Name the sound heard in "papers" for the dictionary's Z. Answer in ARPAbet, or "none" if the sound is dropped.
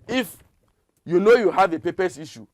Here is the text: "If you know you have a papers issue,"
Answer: S